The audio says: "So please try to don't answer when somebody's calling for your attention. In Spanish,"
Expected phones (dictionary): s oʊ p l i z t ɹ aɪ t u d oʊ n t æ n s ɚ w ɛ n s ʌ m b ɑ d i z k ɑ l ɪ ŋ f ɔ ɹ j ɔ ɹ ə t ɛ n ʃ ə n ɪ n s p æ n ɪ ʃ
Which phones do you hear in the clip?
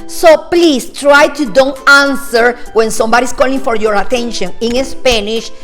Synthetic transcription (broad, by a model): s oʊ p l i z t ɹ aɪ t u d oʊ n t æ n s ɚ w ɛ n s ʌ m b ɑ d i s k ɑ l ɪ ŋ f ɔ ɹ j ɔ ɹ ə t ɛ n ʃ ə n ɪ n s p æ n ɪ ʃ